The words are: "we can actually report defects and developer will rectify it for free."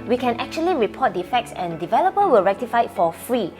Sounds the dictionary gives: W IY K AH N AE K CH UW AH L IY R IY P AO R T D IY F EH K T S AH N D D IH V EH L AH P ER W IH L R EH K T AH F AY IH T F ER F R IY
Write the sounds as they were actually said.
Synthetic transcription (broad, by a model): W IY K AH N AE K CH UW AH L IY R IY P AO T D IY F EH K T S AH N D D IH V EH L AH P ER W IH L R EH K T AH F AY IH T F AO F R IY